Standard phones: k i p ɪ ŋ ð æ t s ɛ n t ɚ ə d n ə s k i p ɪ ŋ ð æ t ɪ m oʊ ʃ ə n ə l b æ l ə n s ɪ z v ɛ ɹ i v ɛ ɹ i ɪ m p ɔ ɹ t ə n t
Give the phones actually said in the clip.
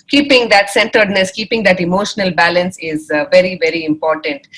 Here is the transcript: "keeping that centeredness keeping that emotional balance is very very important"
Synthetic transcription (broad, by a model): k i p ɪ ŋ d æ t s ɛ n t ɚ d n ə s k i p ɪ ŋ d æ t ɪ m oʊ ʃ ə n ə l b æ l ə n s ɪ z v ɛ ɹ i v ɛ ɹ i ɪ m p ɔ ɹ t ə n t